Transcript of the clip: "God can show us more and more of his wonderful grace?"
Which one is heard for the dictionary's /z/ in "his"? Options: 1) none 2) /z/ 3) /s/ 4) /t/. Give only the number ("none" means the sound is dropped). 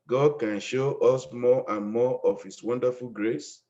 3